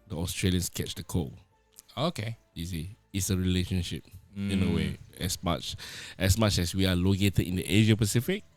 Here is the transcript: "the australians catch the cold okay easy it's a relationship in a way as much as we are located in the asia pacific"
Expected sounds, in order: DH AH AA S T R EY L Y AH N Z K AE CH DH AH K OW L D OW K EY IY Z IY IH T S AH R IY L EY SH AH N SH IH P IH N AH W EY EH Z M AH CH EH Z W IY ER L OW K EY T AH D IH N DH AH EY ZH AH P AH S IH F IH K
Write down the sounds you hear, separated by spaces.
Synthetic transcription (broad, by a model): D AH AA S T R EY L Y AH N S K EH CH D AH K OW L OW K EY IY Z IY IH T S AH R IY L EY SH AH N SH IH P IH N AH W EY EH S M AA CH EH S W IY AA L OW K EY T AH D IH N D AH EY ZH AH P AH S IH F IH K